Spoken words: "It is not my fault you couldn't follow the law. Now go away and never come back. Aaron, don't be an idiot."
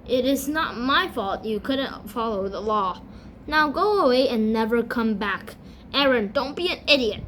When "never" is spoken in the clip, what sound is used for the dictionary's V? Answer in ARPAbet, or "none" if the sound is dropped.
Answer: V